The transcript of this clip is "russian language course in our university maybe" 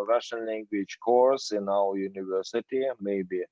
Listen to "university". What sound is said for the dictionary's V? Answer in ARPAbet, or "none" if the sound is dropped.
V